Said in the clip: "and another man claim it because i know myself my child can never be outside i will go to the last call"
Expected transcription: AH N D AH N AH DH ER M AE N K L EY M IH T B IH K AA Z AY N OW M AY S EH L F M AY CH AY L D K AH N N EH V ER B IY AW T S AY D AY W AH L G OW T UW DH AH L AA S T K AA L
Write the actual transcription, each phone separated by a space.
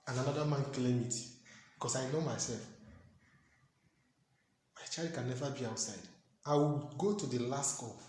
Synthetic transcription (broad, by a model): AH N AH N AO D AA M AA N K L EY M IH T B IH K AA S AY N OW M AY S EH L F M AY CH AY L D K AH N N EH V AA B IY AW T S AY D AY W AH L G OW T UW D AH L AA S T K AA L